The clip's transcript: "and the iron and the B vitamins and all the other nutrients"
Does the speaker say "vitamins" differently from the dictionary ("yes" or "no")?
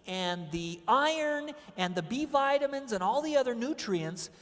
no